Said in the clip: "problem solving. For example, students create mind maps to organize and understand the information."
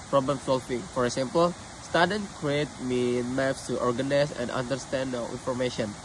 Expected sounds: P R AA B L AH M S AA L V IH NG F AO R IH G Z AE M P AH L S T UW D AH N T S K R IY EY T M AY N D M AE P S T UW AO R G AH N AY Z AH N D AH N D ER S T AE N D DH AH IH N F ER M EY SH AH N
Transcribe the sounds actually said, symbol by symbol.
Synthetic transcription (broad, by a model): P R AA B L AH M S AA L F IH F AO R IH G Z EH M P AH L S T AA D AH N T K R IY EY T M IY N M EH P S T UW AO R G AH N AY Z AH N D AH N D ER S T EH N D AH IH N F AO M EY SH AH N